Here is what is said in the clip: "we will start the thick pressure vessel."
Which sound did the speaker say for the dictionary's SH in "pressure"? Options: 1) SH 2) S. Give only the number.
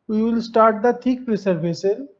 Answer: 2